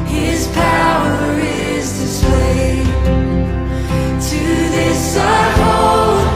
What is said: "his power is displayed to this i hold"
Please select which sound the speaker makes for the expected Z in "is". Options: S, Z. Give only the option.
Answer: Z